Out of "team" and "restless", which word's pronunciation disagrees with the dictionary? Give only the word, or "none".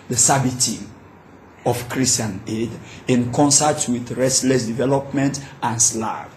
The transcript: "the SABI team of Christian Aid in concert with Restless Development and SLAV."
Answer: team